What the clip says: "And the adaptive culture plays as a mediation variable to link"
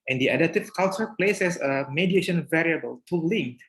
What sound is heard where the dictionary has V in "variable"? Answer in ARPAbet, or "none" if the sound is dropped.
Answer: V